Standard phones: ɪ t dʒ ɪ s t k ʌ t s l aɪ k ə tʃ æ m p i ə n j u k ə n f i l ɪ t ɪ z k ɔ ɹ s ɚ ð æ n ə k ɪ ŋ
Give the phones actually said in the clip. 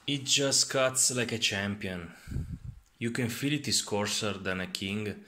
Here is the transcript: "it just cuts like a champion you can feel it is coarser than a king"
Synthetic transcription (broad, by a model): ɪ t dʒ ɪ s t k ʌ t s l aɪ k ə tʃ æ m p i ə n j u k ə n f i l ɪ t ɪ s k ɔ ɹ s ɚ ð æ n ə k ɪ ŋ